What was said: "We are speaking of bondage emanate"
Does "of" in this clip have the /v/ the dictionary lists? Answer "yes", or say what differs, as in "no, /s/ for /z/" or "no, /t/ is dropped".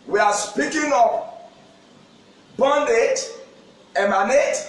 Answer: no, /p/ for /v/